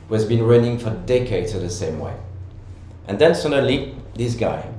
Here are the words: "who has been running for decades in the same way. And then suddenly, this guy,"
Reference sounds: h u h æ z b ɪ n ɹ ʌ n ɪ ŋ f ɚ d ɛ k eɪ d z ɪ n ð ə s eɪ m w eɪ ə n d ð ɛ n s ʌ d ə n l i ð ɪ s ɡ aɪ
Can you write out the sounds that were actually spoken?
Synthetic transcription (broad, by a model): h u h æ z b ɪ n ɹ ʌ n ɪ ŋ f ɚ d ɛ k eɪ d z ɪ n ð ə s eɪ m w eɪ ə n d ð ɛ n s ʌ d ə l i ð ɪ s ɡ aɪ